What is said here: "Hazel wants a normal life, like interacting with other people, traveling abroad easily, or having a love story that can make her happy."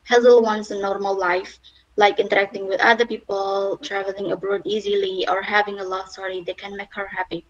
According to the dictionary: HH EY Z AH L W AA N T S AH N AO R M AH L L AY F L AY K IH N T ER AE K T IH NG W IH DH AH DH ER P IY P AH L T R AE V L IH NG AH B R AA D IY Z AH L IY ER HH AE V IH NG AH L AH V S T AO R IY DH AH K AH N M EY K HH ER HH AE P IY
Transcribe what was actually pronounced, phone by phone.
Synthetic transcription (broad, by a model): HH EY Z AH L W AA N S AH N AO R M AH L L AY F L AY K IH N T ER AE K T IH NG W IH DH AH DH ER P IY P AH L T R AE V L IH NG AH B R AA D IY Z AH L IY ER HH AE V IH NG AH L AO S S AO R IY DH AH K AH N M EY K HH ER HH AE P IY